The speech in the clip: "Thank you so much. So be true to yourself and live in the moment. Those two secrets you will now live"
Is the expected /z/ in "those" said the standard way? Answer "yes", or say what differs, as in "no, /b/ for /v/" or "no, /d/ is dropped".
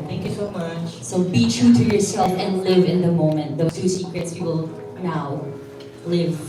no, /z/ is dropped